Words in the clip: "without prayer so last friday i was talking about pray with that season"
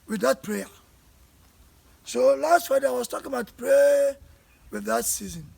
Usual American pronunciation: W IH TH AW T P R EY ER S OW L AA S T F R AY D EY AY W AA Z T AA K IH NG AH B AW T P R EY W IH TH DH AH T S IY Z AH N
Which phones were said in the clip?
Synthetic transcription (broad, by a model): W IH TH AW T P R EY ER S OW L AA S T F AY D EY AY W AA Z T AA K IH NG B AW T P R EY W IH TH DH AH T S IY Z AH N